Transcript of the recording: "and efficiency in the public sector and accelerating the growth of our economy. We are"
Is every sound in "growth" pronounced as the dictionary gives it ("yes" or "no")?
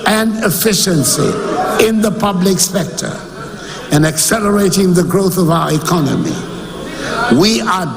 yes